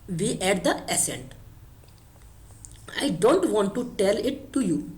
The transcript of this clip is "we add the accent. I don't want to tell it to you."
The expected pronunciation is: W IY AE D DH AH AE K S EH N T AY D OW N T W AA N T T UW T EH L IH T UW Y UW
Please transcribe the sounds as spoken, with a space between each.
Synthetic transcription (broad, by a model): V IY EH D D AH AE S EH N T AY D OW N T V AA N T T UW T EH L IH T UW Y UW